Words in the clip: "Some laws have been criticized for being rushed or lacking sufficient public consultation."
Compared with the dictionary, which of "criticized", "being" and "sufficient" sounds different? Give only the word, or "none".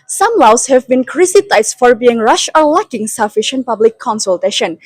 criticized